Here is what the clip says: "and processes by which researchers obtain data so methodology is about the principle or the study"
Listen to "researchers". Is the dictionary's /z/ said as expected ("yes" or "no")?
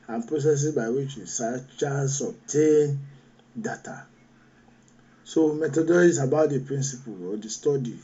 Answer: no